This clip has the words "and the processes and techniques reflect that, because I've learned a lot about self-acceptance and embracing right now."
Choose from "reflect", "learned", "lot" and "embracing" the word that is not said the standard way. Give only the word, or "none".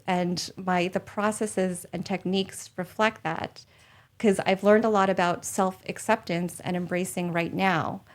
none